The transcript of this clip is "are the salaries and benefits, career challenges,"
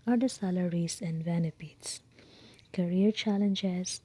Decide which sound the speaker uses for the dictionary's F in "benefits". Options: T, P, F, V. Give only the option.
P